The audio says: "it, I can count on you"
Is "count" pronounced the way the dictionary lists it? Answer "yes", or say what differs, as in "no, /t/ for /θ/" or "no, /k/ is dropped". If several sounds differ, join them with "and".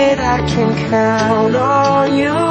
no, /t/ is dropped